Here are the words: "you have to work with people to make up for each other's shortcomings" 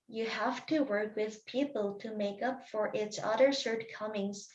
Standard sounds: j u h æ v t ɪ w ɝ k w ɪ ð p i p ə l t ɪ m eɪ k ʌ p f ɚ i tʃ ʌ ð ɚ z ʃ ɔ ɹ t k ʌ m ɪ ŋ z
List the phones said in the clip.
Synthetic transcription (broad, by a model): j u h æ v t ɪ w ɝ k w ɪ ð p i p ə l t ɪ m eɪ k ʌ p f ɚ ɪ s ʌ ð ɚ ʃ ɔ ɹ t k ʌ m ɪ ŋ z